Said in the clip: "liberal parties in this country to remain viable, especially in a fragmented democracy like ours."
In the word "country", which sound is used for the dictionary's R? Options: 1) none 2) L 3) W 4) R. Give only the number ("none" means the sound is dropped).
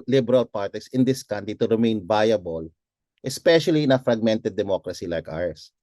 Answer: 1